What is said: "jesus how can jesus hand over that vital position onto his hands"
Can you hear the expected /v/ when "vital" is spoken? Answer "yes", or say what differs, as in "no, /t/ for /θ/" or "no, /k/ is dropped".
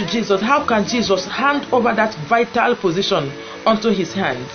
yes